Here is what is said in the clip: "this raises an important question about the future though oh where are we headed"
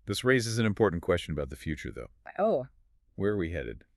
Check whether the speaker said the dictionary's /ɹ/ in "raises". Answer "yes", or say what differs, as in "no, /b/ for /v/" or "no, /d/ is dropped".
yes